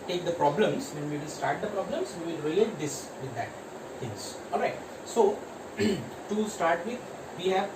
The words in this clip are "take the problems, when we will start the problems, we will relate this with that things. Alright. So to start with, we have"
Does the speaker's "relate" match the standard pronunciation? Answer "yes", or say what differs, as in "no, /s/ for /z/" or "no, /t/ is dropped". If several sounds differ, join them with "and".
no, /l/ is dropped